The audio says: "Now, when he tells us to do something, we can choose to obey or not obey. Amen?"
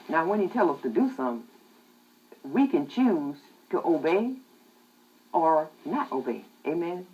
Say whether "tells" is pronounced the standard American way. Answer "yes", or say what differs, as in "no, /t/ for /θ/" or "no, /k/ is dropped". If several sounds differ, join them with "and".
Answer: no, /z/ is dropped